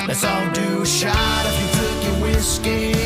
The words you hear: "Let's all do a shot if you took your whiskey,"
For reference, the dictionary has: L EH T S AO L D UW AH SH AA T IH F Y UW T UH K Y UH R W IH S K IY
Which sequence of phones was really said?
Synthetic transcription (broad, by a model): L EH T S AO N D UW SH AA T IH F Y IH T UH K Y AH W IH S K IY